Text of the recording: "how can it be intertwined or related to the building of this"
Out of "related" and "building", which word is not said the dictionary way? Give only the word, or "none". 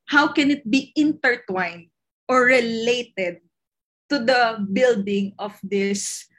none